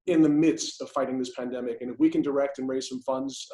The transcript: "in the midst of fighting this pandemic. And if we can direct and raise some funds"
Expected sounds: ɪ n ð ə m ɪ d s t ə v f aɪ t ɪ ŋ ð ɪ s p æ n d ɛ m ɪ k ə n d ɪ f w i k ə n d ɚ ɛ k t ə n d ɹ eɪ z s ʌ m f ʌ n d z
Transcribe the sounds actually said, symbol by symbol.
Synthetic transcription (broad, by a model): ɪ n ð ə m ɪ d s t ə v f aɪ t ɪ ŋ ð ɪ s p æ n d ɛ m ɪ k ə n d ɪ f w i k ə n d ɚ ɛ k t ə n ɹ eɪ z s ʌ m f ʌ n d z